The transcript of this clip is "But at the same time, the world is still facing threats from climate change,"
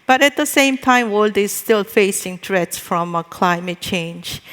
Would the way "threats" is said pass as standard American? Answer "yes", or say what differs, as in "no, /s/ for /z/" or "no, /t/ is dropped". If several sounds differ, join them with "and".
no, /t/ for /θ/